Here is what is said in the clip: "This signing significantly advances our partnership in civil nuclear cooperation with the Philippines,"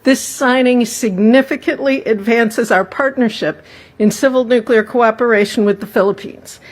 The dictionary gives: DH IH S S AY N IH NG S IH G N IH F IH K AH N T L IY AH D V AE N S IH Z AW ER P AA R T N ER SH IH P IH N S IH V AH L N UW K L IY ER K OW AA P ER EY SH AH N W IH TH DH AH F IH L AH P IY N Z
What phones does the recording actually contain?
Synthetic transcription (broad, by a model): DH IH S S AY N IH NG S IH G N IH F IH K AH N T L IY AH D V AE N S IH Z AW ER P AA R T N ER SH IH P IH N S IH V L N UW K L IY ER K OW AA P ER EY SH N W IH DH AH F IH L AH P IY N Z